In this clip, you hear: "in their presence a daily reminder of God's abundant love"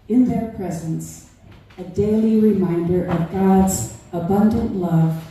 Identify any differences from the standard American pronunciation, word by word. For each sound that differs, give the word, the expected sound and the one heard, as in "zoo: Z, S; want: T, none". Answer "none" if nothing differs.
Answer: none